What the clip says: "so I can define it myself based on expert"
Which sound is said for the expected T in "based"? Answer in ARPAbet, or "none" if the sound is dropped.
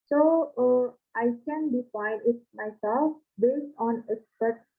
T